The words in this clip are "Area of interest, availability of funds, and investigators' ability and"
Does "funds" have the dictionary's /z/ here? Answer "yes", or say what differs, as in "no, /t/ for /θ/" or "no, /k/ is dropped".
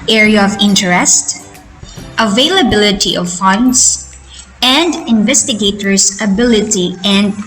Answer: no, /s/ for /z/